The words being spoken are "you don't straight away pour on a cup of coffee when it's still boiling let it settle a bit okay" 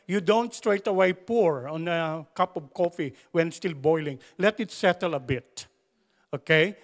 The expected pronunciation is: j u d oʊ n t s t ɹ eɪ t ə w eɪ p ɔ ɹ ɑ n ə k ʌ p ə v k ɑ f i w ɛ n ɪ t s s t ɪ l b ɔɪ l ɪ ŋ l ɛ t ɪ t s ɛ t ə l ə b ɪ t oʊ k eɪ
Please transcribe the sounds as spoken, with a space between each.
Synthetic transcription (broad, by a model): j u d oʊ n t s t ɹ eɪ t ə w eɪ p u ɹ ɑ n ə k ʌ p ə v k ɑ f i w ɛ n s s t ɪ l b ɔɪ l ɪ ŋ l ɛ t ɪ t s ɛ t ə l ə b ɪ t oʊ k eɪ